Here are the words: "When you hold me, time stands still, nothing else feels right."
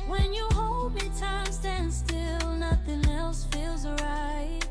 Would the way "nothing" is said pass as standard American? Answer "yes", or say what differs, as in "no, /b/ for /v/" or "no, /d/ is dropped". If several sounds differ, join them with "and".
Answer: yes